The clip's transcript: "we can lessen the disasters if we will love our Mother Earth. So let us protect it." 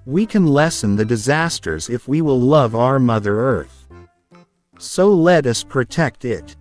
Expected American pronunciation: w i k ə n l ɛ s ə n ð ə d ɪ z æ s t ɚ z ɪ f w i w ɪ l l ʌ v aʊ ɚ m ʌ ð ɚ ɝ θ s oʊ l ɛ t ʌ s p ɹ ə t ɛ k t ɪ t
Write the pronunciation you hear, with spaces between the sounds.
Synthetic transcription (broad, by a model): w i k ə n l ɛ s ə n ð ə d ɪ z æ s t ɚ z ɪ f w i w ɪ l l ʌ v aʊ ɚ m ʌ ð ɚ ɝ θ s oʊ l ɛ t ʌ s p ɹ ə t ɛ k t ɪ t